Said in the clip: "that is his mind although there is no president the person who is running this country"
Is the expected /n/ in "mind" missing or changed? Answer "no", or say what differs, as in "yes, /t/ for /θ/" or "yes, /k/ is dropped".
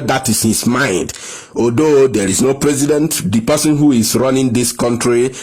no